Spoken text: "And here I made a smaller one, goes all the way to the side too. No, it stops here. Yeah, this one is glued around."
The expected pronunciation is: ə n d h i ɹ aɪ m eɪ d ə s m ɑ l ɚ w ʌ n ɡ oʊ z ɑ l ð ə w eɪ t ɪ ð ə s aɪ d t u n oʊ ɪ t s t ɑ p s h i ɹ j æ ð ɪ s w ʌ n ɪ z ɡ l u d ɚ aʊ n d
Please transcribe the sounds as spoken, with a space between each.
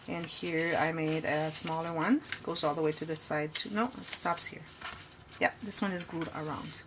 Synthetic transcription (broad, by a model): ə n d h i ɹ aɪ m eɪ d ə s m ɑ l ɚ w ʌ n ɡ oʊ z ɑ l ð ə w eɪ t ɪ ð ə s aɪ d t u n oʊ ɪ t s t ɑ p s h i ɹ j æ ð ɪ s w ʌ n ɪ z ɡ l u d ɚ aʊ n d